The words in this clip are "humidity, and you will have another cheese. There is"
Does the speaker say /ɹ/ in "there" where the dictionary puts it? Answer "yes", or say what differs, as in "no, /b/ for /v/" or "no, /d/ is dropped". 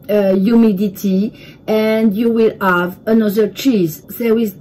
no, /w/ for /ɹ/